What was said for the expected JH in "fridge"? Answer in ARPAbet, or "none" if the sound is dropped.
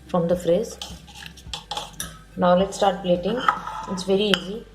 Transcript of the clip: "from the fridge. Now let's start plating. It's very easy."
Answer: Z